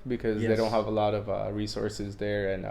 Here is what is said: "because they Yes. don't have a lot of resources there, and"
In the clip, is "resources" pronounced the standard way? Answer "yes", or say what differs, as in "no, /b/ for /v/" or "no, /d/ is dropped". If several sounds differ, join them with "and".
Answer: yes